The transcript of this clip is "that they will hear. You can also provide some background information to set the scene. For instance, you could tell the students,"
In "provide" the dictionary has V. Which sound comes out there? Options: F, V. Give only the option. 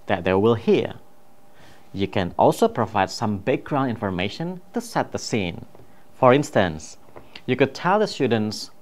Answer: V